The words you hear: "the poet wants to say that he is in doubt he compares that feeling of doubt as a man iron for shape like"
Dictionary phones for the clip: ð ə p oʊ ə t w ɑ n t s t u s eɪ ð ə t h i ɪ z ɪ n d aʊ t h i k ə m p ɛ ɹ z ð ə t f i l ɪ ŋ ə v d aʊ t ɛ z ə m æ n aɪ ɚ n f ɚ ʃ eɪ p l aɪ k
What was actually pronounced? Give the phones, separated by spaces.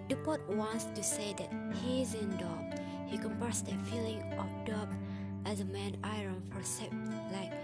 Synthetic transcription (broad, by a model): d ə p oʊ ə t w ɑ n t s t u s eɪ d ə t h i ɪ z ɪ n d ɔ h i k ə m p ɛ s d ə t f i l ɪ ŋ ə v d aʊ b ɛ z ə m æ n aɪ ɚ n f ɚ s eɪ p l aɪ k